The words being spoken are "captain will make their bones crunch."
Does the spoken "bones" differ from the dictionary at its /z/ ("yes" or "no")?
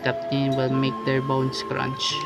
yes